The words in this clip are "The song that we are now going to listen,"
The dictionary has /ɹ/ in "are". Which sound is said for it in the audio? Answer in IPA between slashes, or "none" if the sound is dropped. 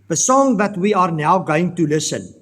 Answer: /ɹ/